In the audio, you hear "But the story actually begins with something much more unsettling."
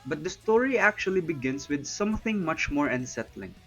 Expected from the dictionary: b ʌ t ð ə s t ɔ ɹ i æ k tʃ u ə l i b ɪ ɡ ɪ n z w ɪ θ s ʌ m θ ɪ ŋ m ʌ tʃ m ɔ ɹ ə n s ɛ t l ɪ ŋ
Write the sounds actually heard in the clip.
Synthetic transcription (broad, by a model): b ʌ t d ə s t ɔ ɹ i æ k tʃ u ə l i b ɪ ɡ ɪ n s w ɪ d s ʌ m θ ɪ ŋ m ʌ tʃ m ɔ ɹ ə n s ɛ t l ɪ ŋ